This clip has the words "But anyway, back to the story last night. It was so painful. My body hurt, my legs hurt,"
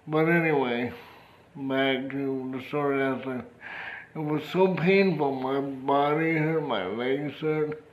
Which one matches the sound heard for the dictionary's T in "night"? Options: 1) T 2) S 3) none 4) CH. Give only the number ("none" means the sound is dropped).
3